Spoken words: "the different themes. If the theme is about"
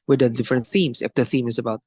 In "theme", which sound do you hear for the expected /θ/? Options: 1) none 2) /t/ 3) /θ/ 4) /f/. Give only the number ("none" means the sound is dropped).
3